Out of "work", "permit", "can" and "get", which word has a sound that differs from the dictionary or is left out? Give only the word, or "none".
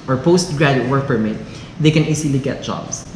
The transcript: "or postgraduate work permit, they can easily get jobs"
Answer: none